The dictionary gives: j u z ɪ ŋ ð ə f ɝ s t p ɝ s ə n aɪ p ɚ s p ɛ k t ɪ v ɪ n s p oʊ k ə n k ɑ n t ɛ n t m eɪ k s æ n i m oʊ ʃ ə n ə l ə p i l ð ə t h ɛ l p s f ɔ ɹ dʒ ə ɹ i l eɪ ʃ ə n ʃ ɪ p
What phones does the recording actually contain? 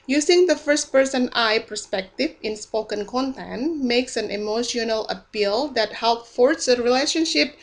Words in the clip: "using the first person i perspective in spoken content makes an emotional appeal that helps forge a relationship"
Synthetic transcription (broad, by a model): j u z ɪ ŋ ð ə f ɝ s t p ɝ s ə n aɪ p ɚ s p ɛ k t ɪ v ɪ n s p oʊ k ə n k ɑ n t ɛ n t m eɪ k s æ n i m oʊ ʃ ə n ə l ə p i l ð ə t h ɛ l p f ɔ ɹ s ə ɹ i l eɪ ʃ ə n ʃ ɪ p